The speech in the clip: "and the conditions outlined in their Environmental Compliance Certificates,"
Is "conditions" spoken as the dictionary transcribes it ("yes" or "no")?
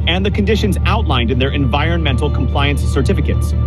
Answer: yes